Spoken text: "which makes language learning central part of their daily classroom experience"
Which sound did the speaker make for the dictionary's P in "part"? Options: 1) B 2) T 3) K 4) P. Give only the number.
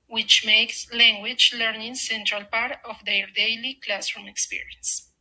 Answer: 4